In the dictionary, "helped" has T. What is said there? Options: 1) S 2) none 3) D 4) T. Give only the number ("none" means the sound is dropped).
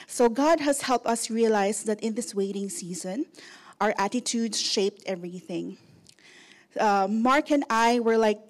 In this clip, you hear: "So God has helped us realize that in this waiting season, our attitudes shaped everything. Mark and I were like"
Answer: 4